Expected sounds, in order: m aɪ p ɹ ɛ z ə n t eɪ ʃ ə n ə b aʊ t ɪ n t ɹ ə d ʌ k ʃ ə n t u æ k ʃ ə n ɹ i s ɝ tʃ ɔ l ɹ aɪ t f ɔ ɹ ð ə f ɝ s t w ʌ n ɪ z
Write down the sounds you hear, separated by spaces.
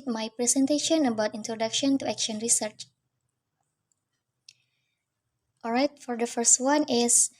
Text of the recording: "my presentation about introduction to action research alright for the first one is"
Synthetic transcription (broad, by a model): m aɪ p ɹ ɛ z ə n t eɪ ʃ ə n ə b aʊ t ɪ n t ɹ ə d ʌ k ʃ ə n t u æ k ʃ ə n ɹ i s ɝ tʃ ɔ l ɹ aɪ t f ɔ ɹ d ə f ɝ s t w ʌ n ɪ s